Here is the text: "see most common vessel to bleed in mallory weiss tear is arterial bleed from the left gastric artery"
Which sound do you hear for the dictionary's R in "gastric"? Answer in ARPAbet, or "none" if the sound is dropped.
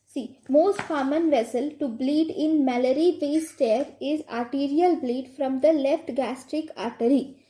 R